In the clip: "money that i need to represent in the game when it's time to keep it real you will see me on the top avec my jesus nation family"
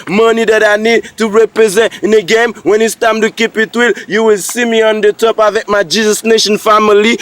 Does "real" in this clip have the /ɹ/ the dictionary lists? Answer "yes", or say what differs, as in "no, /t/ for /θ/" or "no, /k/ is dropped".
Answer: no, /w/ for /ɹ/